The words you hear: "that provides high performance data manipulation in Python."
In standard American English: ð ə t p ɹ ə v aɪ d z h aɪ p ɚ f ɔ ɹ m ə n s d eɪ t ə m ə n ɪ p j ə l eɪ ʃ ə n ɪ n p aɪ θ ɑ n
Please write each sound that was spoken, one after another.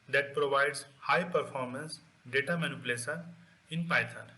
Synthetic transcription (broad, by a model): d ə t p ɹ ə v aɪ d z h aɪ p ɚ f ɔ ɹ m ə n s d eɪ t ə m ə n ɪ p l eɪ s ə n ɪ n p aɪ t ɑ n